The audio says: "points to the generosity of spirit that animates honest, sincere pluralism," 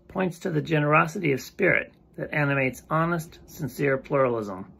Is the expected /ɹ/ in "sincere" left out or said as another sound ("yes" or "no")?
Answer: no